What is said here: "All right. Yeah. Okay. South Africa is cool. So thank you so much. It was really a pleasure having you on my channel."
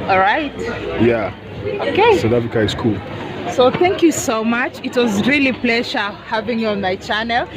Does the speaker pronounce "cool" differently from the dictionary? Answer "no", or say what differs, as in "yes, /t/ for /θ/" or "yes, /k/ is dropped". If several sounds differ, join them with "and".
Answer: no